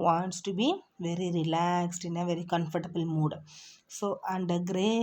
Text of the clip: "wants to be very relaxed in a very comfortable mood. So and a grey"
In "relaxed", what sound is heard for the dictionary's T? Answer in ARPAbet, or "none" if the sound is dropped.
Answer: T